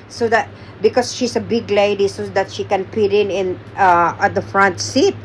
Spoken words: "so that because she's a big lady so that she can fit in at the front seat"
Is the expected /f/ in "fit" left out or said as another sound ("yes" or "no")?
yes